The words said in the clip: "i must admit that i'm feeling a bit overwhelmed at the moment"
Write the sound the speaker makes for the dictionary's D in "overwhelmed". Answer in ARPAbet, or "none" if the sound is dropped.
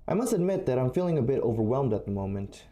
D